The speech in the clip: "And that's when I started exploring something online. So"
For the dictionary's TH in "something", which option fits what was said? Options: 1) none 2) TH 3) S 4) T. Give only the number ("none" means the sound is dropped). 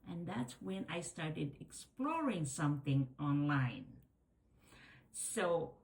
2